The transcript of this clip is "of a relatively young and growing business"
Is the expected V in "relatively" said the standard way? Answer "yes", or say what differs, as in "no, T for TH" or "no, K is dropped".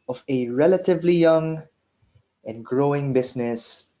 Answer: yes